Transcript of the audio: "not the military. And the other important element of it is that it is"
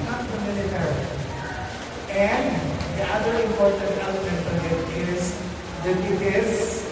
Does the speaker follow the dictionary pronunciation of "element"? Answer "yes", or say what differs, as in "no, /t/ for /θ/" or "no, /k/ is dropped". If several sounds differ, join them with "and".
yes